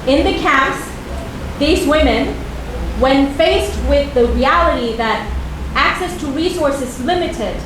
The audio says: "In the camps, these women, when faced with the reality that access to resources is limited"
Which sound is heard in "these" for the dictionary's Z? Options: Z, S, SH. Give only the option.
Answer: Z